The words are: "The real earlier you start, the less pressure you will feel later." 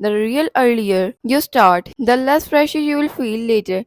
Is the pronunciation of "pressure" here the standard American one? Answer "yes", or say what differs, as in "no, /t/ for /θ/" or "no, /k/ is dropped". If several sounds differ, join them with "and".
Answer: no, /f/ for /p/